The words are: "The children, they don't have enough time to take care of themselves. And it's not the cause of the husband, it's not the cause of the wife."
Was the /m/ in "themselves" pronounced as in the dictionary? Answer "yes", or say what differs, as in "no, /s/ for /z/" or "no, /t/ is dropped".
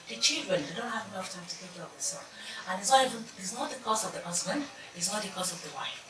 no, /m/ is dropped